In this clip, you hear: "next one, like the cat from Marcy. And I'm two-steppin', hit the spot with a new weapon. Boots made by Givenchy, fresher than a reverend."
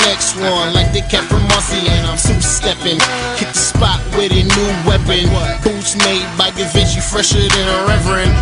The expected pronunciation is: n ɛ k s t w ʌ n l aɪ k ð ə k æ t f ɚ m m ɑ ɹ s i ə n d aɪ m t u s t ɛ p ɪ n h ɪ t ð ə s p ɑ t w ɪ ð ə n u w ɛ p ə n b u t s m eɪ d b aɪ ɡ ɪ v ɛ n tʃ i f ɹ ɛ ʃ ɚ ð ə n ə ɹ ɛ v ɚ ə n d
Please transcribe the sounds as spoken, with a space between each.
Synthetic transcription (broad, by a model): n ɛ k s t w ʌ l aɪ k ð ə k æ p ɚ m m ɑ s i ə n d aɪ m s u s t ɛ p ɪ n h ɪ t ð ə s p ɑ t w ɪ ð ə n u w ɛ p ə n b u t s m eɪ d b aɪ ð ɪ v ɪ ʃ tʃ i f ɹ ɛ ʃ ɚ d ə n ə ɹ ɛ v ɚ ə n